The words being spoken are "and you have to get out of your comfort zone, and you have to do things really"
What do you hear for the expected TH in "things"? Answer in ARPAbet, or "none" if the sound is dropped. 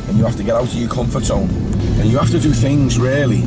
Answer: TH